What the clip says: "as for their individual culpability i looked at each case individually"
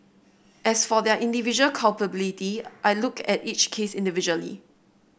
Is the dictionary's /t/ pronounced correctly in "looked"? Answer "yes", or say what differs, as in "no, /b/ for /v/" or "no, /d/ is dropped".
no, /t/ is dropped